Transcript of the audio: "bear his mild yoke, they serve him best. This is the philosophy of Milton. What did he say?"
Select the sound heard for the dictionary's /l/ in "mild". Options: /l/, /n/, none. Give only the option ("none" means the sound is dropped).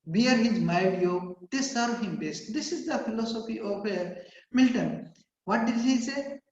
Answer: none